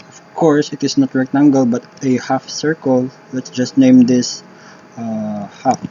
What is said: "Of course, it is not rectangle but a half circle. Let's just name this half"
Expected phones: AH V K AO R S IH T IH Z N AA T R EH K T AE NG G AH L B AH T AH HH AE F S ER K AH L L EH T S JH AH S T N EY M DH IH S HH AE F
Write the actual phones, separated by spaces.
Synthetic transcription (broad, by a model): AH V K AO R S IH T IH S N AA T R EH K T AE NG G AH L B AH T AH HH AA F S ER K AH L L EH T S JH AH S T N EY M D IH S HH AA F